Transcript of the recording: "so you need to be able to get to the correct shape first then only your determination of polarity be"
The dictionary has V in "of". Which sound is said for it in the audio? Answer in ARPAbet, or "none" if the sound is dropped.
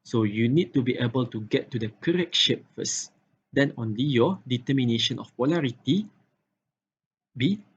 F